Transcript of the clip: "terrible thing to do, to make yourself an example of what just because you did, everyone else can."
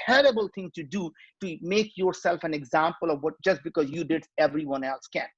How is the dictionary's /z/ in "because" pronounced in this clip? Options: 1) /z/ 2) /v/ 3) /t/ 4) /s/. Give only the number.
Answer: 1